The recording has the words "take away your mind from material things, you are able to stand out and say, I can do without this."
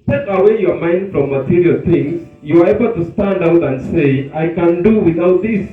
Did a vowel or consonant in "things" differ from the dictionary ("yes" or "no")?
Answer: yes